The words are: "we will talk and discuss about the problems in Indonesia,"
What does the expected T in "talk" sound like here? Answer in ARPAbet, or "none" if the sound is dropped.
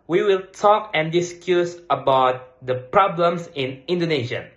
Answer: T